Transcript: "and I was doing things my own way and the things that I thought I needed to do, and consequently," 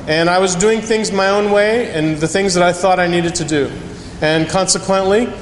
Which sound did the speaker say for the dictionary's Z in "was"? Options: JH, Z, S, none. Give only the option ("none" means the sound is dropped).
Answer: Z